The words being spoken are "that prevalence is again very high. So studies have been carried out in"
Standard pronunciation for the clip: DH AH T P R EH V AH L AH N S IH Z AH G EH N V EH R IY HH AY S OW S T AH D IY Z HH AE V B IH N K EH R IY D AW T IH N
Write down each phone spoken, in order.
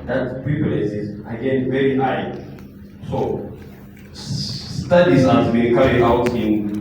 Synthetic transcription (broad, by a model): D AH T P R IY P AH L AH S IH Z AH G EH N V EH R IY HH AY S OW S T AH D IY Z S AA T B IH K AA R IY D AW T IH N